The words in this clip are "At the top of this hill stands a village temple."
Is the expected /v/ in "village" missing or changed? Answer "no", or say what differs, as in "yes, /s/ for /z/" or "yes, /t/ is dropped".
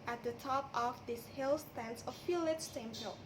yes, /f/ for /v/